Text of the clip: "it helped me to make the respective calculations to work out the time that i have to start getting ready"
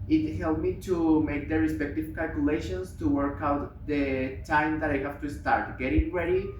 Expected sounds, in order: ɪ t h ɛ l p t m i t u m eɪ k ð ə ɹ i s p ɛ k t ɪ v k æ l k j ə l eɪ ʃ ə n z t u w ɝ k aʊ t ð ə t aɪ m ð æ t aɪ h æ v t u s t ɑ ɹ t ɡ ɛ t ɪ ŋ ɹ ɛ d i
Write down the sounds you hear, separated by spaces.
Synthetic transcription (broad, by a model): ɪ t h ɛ l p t m i t u m eɪ k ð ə ɹ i s p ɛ k t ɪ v k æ l k j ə l eɪ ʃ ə n s t u w ɝ k aʊ t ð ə t aɪ m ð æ t aɪ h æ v t u s t ɑ ɹ t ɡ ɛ t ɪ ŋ ɹ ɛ d i